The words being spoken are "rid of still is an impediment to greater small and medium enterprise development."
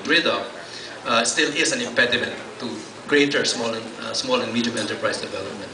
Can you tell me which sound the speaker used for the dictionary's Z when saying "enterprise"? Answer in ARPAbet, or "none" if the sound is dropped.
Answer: S